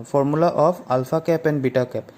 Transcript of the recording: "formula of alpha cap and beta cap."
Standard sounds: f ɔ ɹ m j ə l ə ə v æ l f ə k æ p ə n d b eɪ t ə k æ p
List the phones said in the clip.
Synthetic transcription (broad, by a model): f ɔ ɹ m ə l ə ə p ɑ l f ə k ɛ p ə n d b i t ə k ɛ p